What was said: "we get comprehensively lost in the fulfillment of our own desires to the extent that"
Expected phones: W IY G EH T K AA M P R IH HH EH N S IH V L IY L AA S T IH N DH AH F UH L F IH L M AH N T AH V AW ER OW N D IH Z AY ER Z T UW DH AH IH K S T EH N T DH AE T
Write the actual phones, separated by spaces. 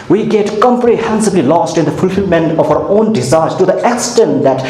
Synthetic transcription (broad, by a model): W IY G EH T K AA M P R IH HH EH N S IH B L IY L AA S T IH N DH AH F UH L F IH L M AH N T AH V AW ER OW N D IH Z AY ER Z T UW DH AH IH K S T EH N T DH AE T